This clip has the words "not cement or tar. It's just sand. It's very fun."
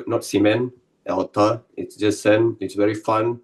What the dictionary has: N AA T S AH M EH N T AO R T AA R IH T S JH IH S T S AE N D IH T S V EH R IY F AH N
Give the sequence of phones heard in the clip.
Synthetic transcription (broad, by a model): N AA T S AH M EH N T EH L T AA IH T S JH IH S S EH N IH T S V EH R IY F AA N